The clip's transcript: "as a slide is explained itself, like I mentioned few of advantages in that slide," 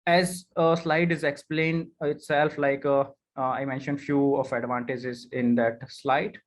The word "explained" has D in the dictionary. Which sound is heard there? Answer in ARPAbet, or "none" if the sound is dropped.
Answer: D